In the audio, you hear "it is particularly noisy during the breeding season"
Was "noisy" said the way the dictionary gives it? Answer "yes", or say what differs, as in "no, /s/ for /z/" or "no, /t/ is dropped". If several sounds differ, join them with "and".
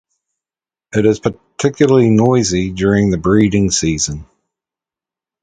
yes